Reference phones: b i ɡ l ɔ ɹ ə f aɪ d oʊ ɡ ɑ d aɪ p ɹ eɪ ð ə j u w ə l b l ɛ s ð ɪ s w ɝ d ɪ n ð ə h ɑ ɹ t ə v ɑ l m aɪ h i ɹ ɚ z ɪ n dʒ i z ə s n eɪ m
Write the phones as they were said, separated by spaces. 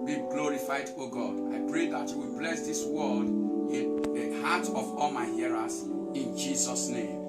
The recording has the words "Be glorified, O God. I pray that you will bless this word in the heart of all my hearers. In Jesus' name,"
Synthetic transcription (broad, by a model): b i ɡ l ɔ ɹ ə f aɪ d oʊ ɡ ɑ d aɪ p ɹ eɪ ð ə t w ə b l ɛ s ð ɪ s w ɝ d ɪ n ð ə h ɑ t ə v ɑ l m aɪ h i ɹ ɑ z ɪ n dʒ i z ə s n eɪ m